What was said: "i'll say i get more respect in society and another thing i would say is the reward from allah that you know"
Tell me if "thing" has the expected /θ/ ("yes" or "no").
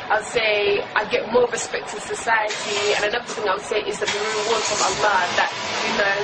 yes